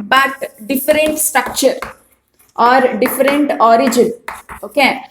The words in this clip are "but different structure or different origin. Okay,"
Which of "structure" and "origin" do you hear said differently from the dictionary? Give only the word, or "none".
none